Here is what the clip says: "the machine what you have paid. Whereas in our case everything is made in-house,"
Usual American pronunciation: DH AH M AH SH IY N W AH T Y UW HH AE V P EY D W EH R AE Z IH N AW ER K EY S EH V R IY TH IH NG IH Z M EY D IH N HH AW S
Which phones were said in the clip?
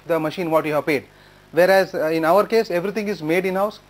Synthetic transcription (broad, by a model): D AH M AH SH IY N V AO T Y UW HH AE V P EY D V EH R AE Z IH N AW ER K EY S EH V R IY T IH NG IH Z M EY D IH N HH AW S